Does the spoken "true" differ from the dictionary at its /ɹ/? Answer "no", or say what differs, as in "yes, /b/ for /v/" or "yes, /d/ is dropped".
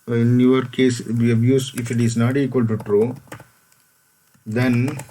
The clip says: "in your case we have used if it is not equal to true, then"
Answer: no